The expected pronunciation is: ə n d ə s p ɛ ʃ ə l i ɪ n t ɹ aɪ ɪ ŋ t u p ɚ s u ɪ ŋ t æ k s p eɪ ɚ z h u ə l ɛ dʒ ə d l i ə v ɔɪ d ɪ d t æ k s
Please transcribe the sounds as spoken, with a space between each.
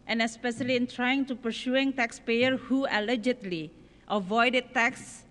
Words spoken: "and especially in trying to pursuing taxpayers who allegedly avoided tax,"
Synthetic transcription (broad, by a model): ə n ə s p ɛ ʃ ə l i ɪ n t ɹ aɪ ɪ ŋ t u p ɚ s u ɪ ŋ t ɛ k s p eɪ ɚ h u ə l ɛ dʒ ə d l i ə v ɔɪ d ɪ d t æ k s